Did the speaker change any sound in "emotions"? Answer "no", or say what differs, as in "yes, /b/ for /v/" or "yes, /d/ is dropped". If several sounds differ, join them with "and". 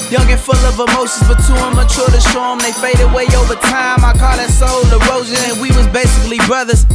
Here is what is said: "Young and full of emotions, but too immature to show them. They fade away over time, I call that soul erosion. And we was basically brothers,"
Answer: yes, /s/ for /ʃ/